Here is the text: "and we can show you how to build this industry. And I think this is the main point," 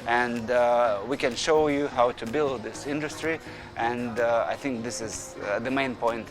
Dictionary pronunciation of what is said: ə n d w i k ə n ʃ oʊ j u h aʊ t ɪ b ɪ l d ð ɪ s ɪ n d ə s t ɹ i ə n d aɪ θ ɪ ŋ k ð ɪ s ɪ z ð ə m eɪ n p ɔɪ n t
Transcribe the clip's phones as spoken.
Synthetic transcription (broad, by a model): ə n d w i k ə n ʃ oʊ j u h aʊ t ɪ b ɪ l d ð ɪ s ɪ n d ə s t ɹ i ə n d aɪ θ ɪ ŋ k ð ɪ s ɪ z ð ə m eɪ n p ɔɪ n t